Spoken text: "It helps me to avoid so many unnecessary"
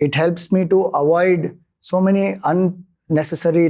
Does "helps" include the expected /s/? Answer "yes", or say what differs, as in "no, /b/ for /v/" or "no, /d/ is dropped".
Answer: yes